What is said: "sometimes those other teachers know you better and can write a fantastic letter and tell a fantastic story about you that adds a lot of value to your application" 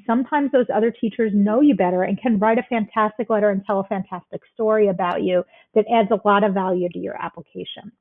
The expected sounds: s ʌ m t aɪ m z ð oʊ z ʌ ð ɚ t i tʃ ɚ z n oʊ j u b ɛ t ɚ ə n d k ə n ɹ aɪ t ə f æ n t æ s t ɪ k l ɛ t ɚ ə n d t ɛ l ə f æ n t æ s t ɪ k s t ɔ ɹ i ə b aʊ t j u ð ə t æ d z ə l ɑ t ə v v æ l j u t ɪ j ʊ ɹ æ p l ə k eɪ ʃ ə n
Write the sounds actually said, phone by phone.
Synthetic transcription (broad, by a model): s ʌ m t aɪ m z ð oʊ z ʌ ð ɚ t i tʃ ɚ z n oʊ j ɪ b ɛ t ɚ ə n k ə n ɹ aɪ t ə f æ n t æ s t ɪ k l ɛ t ɚ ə n t ɛ l ə f æ n t æ s t ɪ k s t ɔ ɹ i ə b aʊ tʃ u ð ə t æ d z ə l ɑ t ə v v æ l j u t ɪ j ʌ ɹ æ p l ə k eɪ ʃ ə n